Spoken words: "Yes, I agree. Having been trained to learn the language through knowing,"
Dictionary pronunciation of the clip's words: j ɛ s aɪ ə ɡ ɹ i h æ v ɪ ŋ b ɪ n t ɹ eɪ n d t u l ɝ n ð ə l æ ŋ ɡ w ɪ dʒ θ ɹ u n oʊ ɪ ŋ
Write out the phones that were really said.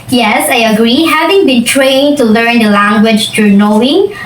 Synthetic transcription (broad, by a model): j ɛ s aɪ ə ɡ ɹ i h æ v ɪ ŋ b ɪ n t ɹ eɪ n t u l ɝ n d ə l æ ŋ ɡ w ɪ dʒ t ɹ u n oʊ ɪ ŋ